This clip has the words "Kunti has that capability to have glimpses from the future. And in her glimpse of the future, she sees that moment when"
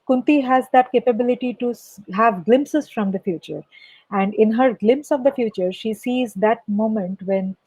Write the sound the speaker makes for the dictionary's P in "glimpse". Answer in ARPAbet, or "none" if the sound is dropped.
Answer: P